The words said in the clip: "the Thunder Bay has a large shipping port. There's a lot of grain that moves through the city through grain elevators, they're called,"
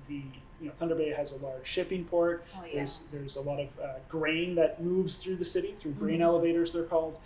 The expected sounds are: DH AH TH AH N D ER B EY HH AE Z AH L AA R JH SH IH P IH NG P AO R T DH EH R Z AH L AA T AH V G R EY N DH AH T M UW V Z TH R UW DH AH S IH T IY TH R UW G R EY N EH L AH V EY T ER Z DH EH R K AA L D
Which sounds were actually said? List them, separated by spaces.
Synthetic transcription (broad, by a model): DH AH TH AH N D ER B EY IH Z AH L AA R JH SH IH P IH NG P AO R T DH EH R Z AH L AA T AH V G R EY N DH AH T M UW V Z TH R UW DH AH S IH T IY TH R UW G R EY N EH L AH V EY T ER Z DH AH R K AA L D